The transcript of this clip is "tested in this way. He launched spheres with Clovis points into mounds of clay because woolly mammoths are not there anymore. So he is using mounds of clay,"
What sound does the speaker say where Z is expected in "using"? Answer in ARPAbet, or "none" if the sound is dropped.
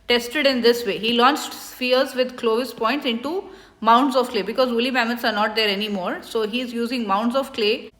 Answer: Z